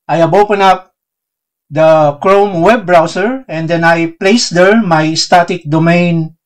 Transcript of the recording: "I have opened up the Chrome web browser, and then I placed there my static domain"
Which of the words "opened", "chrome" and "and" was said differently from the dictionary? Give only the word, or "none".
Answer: opened